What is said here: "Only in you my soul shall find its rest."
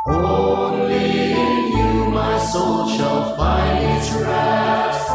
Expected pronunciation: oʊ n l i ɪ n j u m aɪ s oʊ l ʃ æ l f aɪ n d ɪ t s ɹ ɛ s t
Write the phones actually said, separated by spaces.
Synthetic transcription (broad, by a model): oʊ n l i ɪ n j u m aɪ s oʊ l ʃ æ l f aɪ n ɪ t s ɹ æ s